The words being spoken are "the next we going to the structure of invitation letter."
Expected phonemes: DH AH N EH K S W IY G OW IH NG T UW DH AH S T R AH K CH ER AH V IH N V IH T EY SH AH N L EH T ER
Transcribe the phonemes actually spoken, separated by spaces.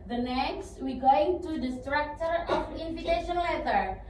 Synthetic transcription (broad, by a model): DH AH N EH K S W IY G OW IH NG T UW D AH S T R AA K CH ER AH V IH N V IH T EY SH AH N L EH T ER